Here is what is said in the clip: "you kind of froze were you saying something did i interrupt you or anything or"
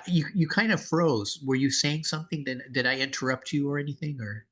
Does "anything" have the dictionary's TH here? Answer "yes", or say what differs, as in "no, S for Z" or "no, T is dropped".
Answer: yes